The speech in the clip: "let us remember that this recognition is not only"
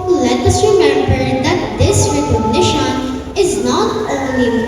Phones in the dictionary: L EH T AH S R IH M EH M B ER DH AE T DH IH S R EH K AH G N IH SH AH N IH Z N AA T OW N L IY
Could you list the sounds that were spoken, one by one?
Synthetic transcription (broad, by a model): L EH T AH S R IH M EH M B ER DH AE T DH IH S R EH K AH G N IH SH AH N IH Z N AA T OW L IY